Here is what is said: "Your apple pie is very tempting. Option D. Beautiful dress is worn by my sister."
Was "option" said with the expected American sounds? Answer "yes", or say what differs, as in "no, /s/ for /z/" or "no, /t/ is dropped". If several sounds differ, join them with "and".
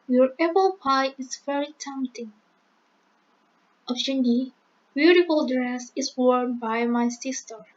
no, /f/ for /p/